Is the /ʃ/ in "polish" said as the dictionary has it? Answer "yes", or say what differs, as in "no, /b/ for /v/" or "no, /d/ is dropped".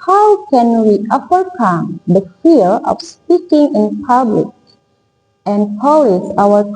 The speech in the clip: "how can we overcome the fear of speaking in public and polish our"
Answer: no, /s/ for /ʃ/